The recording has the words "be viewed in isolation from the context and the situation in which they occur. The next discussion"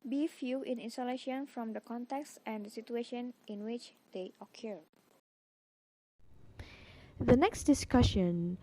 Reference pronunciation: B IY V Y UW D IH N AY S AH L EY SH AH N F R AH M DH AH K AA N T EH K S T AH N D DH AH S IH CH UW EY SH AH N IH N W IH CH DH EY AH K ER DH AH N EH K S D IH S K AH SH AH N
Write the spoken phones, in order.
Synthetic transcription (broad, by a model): B IY F Y UW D IH N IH S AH L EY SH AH N F R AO M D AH K AA N T EH K S T AH N D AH S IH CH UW EY SH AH N IH N W IH CH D EY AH K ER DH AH N EH K S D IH S K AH SH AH N